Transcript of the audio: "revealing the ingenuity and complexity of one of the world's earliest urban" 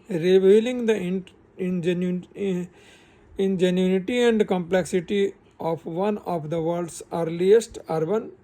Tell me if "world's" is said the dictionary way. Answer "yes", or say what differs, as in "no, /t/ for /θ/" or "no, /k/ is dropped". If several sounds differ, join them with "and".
no, /l/ is dropped